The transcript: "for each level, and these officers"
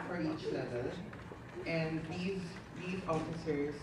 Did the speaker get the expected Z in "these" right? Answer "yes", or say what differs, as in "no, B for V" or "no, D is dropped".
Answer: yes